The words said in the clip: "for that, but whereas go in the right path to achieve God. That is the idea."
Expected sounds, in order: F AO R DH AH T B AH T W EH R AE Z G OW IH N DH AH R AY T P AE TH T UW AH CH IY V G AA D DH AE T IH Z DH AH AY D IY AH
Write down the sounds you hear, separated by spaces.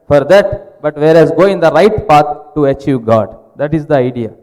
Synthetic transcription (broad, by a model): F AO R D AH T B AH T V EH R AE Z G OW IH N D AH R AY T P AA T T UW AH CH IY V G AA D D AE T IH Z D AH AY D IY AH